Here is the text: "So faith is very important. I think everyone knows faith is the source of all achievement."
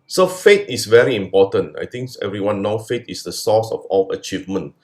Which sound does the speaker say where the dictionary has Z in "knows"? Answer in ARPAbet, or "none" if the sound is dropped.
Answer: none